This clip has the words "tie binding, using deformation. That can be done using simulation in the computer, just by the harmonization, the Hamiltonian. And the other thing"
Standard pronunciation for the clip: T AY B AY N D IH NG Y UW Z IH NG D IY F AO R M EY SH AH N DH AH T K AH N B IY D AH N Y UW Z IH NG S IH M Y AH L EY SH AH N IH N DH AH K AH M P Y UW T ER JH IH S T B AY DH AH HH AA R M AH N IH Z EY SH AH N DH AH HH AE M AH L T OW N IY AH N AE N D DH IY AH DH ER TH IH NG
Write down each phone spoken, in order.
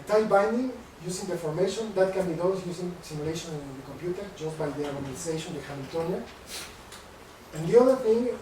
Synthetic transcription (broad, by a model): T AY B AY N D IH NG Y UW S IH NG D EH F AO R M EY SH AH N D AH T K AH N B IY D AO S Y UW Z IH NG S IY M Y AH L EY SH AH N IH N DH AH K AH M P Y UW T ER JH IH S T B AY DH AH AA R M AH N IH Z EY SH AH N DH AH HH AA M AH T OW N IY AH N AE N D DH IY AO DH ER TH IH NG